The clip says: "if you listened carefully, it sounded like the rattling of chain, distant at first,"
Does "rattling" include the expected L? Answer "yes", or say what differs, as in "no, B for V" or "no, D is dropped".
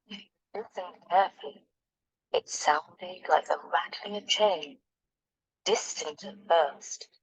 no, L is dropped